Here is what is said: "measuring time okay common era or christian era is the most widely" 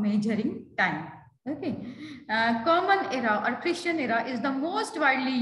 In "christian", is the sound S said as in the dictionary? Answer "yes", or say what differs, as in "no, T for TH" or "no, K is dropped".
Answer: no, SH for S